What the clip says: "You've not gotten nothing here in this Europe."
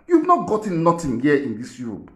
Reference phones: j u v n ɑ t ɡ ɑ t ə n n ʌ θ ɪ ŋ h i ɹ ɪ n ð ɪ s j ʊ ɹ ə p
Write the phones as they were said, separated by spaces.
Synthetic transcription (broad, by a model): j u v n ɑ t ɡ ɑ t ə n n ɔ t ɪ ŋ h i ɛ ɪ n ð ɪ s j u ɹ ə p